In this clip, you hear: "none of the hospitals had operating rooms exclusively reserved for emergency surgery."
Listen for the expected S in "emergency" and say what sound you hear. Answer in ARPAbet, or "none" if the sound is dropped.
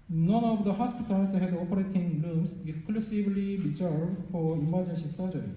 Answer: SH